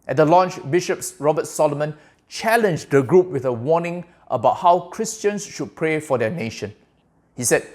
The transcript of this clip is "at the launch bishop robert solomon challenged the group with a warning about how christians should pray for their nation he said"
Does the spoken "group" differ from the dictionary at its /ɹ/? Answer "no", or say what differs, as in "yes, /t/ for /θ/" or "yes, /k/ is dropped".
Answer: no